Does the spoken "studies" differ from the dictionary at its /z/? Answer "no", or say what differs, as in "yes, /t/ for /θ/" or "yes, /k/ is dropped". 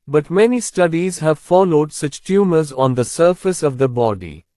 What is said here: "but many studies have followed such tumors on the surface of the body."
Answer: no